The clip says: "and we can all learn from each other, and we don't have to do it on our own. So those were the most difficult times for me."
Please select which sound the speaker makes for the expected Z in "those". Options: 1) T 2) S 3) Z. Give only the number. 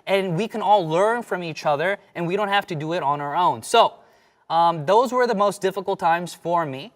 3